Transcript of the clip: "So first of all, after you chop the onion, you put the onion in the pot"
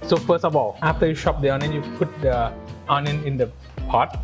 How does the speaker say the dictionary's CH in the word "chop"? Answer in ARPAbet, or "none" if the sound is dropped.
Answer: SH